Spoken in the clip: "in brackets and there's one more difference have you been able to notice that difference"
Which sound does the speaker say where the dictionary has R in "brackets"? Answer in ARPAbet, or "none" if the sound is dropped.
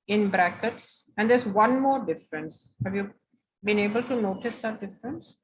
R